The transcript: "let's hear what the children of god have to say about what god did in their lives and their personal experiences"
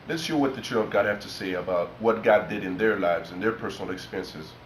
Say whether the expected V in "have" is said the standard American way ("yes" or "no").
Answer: no